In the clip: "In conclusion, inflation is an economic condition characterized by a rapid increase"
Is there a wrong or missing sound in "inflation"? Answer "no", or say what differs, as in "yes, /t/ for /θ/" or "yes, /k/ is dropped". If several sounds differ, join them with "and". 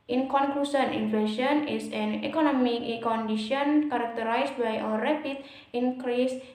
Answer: yes, /l/ is dropped